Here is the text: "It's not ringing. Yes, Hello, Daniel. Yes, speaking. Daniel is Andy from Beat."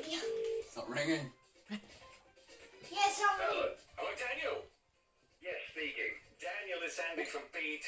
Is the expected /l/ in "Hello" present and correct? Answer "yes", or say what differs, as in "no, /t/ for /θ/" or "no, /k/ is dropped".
no, /n/ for /l/